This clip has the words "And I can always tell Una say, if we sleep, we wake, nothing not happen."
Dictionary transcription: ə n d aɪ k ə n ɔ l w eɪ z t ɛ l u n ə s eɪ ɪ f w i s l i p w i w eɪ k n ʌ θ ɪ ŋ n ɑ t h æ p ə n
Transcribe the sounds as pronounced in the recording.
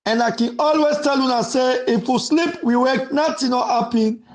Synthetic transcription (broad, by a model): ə n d aɪ k ə n ɔ l w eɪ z t ɛ l u n ə s eɪ ɪ f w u s l i p w i w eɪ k n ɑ t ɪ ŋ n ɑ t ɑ p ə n